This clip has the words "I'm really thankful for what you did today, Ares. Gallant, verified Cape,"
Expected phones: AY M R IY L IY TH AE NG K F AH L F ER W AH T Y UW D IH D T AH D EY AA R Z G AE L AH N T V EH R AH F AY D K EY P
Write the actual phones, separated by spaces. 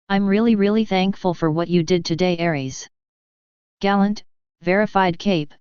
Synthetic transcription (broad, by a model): AY M R IY L IY TH AE NG K F AH L F ER W AH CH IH D IH D T AH D EY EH R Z G AE L AH N T V EH R AH F AY D K EY P